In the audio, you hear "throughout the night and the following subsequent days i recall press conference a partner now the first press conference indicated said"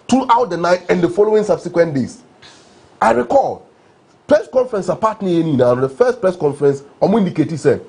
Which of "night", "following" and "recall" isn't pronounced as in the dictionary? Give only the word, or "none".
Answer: none